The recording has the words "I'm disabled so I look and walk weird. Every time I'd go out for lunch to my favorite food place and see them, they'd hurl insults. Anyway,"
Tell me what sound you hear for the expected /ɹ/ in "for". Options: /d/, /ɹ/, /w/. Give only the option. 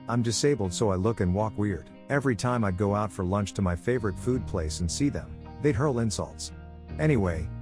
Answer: /ɹ/